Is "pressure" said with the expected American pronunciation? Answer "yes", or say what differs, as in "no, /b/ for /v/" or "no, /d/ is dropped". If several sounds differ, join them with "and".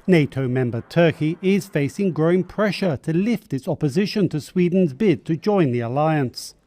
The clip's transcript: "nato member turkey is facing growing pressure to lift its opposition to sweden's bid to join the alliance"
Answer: yes